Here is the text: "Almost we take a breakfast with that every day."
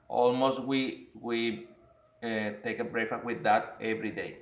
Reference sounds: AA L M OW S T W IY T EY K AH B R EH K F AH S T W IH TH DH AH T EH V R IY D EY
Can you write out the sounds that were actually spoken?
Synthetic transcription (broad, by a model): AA L M OW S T W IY T EY K AH B R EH F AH W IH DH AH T EH V R IY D EY